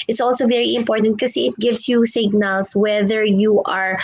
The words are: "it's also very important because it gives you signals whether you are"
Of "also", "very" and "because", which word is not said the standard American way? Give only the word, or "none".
because